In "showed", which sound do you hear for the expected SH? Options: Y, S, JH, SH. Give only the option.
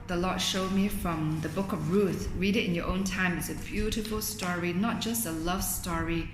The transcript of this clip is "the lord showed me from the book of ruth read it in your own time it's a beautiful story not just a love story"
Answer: SH